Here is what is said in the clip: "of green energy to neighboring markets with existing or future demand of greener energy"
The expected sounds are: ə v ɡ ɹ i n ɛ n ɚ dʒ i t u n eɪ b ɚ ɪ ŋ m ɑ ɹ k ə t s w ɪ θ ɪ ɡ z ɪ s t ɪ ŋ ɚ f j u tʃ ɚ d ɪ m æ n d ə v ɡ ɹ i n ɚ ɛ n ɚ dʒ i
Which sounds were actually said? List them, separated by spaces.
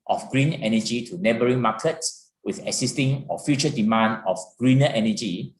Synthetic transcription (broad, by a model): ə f ɡ ɹ i n ɛ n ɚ dʒ i t u n eɪ b ɚ ɪ ŋ m ɑ k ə t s w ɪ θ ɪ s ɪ s t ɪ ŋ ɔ f j u tʃ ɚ d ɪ m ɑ n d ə f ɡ ɹ i n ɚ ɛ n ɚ dʒ i